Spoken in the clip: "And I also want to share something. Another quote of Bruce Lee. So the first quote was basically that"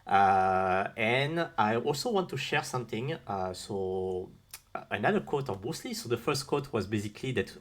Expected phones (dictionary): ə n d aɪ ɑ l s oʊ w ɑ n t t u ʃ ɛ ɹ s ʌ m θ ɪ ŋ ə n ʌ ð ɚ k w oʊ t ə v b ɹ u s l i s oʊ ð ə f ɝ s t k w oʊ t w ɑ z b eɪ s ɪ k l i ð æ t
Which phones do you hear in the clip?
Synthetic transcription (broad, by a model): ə n aɪ ɑ l s oʊ w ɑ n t t u ʃ ɛ ɹ s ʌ m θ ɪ ŋ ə n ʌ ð ɚ k oʊ t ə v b u s l i s oʊ ð ə f ɝ s t k oʊ t w ɑ z b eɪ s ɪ k l i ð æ t